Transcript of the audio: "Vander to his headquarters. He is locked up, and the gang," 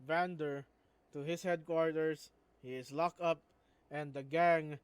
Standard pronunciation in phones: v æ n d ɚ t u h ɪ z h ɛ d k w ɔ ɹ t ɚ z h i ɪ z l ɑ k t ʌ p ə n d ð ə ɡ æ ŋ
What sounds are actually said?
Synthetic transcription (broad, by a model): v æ n d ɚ t u h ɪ s h ɛ d k w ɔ ɹ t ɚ s h i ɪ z l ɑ k ʌ p ə n d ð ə ɡ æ ŋ